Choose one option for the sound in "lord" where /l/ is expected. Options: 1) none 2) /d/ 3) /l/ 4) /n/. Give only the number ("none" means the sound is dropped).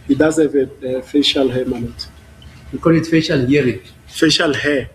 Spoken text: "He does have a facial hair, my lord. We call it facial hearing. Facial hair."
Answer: 4